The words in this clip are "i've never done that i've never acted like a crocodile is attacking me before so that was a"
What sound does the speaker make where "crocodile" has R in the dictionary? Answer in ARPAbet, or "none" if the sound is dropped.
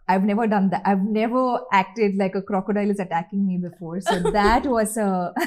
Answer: R